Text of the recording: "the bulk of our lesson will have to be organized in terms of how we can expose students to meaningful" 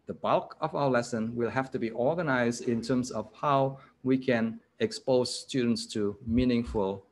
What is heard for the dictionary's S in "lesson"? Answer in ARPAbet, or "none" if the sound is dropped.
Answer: S